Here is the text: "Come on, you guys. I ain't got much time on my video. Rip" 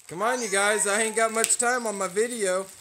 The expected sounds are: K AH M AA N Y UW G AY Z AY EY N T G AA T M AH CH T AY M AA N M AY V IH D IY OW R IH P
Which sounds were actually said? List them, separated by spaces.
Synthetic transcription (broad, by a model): K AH M AA N Y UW G AY Z AY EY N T G AA T M AH CH T AY M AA N M AY V IH D IY OW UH